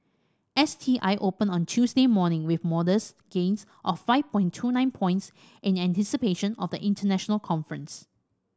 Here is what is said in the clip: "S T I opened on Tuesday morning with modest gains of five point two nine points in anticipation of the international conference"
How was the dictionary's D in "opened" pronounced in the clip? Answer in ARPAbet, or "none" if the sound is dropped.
none